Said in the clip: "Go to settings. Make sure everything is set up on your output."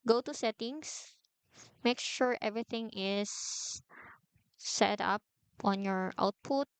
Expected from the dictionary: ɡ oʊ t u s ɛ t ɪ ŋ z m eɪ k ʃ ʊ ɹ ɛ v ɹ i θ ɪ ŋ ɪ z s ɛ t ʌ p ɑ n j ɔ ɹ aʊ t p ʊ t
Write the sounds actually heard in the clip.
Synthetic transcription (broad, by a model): ɡ oʊ t u s ɛ t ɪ ŋ s m eɪ k ʃ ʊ ɹ ɛ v ɹ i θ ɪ ŋ ɪ s ɛ t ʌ p ɑ n j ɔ ɹ aʊ t p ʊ t